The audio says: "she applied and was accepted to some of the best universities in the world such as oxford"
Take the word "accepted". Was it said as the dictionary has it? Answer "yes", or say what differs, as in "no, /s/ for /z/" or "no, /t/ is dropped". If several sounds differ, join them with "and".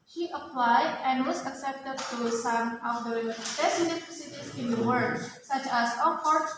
yes